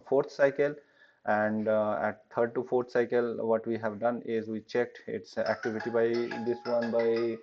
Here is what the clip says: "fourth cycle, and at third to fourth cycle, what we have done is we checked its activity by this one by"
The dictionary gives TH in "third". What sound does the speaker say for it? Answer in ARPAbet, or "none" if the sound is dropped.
T